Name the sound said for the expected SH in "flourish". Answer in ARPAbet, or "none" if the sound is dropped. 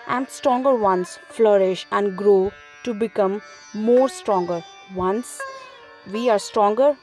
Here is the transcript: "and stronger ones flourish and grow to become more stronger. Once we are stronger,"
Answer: SH